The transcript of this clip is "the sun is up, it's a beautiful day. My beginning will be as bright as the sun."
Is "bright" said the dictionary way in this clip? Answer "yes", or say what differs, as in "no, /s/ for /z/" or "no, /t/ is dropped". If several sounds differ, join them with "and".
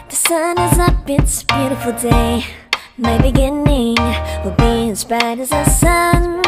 no, /ɹ/ is dropped